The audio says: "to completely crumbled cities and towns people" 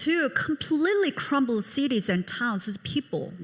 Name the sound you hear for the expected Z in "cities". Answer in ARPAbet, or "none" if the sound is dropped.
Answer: Z